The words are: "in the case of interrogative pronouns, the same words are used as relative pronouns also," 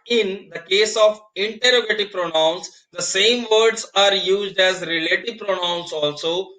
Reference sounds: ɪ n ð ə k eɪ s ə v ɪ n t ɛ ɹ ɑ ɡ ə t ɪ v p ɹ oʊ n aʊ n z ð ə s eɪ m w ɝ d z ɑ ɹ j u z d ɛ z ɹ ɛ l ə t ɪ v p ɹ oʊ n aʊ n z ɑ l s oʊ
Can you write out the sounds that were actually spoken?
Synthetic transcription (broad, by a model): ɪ n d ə k eɪ s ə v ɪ n t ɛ ɹ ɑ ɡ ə t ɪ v p ɹ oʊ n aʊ n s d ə s eɪ m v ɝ d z ɑ ɹ j u z d ɛ z ɹ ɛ l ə t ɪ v p ɹ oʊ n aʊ n s ɑ l s oʊ